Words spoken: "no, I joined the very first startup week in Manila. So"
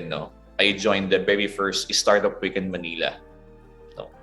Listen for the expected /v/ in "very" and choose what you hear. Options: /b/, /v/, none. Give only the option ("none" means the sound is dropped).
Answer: /b/